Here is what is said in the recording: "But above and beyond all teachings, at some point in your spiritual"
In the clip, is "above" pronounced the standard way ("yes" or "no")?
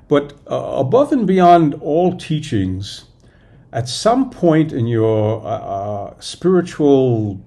yes